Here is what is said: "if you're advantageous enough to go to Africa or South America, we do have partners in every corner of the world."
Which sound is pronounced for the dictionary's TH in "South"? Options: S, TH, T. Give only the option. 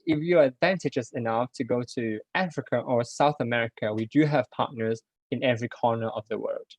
TH